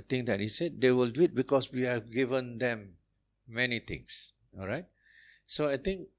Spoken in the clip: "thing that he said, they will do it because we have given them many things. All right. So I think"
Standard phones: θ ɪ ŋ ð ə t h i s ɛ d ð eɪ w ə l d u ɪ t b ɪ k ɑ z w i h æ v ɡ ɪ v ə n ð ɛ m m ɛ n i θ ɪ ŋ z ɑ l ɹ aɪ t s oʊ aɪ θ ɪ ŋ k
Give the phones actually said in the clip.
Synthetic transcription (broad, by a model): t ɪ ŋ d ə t h i s ɛ d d eɪ w ə l d u ɪ t b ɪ k ɑ s w i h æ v ɡ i v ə n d ɛ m m ɛ n i t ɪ ŋ s ɑ l ɹ aɪ t s oʊ aɪ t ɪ ŋ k